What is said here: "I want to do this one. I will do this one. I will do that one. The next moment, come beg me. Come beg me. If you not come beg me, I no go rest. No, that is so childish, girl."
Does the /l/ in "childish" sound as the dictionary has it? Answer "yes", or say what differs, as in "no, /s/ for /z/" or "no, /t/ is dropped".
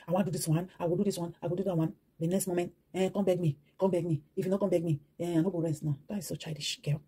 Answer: no, /l/ is dropped